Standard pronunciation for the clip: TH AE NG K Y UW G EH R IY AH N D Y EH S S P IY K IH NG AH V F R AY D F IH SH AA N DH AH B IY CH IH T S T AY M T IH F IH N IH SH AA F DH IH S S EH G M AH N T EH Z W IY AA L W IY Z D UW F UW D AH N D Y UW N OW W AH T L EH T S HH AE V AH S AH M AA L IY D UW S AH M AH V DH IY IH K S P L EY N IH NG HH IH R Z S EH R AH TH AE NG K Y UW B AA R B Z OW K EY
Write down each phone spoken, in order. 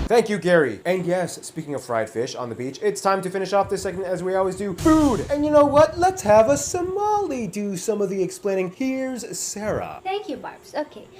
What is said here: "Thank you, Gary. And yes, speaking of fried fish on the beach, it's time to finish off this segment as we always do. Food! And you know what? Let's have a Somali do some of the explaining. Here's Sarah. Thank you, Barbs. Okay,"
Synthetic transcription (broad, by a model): TH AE NG K Y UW G EH R IY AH N Y EH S S P IY K IH NG AH V F R AY D F IH SH N DH AH B IY CH IH T S T AY M T IH F IH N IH SH AA F DH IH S S EH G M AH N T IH Z W IY AA L W IY Z D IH F UW D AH N Y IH N OW W AH T L EH T S HH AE V AH S AH M AA L IY D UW S AH M AH V DH IY IH K S P L EY N IH NG HH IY R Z S EH R AH TH AE NG K Y UW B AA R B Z OW K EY